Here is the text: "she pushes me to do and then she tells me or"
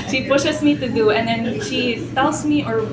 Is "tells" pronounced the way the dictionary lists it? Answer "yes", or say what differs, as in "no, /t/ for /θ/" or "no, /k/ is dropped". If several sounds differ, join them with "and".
no, /s/ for /z/